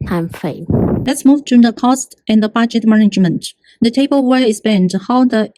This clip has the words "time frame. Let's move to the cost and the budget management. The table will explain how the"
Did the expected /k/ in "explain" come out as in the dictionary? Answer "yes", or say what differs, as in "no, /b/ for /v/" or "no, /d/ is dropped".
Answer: no, /k/ is dropped